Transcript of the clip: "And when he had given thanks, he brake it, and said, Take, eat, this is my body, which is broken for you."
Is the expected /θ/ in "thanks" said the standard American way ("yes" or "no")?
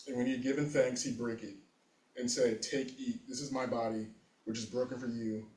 yes